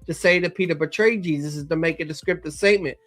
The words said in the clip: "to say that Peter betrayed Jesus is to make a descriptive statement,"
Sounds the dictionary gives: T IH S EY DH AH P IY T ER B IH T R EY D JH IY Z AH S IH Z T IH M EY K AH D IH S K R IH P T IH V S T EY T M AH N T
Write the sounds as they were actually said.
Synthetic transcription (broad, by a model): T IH S EY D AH P IY T ER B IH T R EY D JH IY Z AH S IH Z T IH M EY K AH D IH S K R IH P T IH S T EY T M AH N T